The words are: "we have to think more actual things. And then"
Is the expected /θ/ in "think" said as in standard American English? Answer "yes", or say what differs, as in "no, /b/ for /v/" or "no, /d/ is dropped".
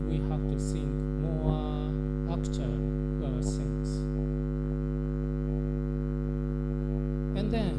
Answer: no, /s/ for /θ/